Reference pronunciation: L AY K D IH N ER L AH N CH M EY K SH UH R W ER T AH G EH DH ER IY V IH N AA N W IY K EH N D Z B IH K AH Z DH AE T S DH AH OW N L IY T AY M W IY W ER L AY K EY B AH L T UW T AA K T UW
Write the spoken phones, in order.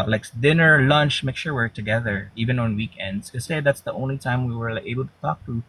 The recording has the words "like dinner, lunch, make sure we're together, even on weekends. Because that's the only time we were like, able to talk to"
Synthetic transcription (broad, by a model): L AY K D IH N ER L AH N CH M EY K SH UH R W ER T AH G EH DH ER IY V IH N AA N W IY K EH N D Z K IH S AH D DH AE T S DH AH OW N L IY T AY M W IY W ER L EY B AH L T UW T AA K T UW